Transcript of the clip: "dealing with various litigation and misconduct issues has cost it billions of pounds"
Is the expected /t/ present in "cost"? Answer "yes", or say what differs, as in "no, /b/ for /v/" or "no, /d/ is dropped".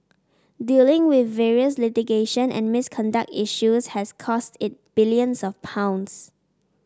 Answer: yes